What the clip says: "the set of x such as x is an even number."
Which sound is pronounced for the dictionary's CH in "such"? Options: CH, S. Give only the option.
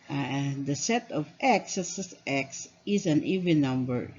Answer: S